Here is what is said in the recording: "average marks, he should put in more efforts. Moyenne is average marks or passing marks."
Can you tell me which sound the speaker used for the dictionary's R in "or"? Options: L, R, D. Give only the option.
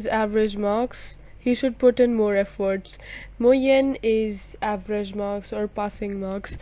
R